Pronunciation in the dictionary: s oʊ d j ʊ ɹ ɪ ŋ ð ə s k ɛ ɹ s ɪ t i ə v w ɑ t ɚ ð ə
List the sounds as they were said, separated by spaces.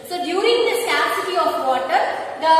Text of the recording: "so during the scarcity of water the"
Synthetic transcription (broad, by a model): s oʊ d j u ɹ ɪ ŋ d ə s ɛ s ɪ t i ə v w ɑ t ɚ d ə